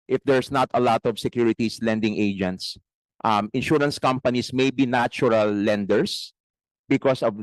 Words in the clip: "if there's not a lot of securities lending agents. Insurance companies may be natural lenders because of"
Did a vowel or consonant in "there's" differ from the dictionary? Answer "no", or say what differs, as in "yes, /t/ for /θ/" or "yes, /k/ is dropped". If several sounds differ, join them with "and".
yes, /s/ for /z/